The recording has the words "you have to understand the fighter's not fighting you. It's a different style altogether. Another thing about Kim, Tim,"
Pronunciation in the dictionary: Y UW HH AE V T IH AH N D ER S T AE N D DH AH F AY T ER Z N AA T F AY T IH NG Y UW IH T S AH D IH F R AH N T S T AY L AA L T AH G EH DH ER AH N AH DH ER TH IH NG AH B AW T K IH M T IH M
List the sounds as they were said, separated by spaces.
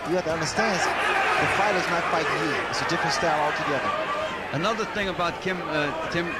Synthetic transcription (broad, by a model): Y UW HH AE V T IH AH N D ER S T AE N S DH AH F AY T ER Z N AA T F AY T IH NG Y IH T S AH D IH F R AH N S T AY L AA L T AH G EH DH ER AH N AH DH ER TH IH NG AH B AW T K IH M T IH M